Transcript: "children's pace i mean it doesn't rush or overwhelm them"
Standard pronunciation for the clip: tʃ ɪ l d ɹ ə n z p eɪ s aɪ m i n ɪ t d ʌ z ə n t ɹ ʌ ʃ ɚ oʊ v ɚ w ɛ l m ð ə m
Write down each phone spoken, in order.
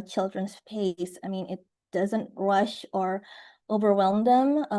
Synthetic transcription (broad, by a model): tʃ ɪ l d ɹ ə n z p eɪ s aɪ m i n ɪ t d ʌ z ə n t ɹ ʌ ʃ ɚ oʊ v ɚ w ɛ l m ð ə m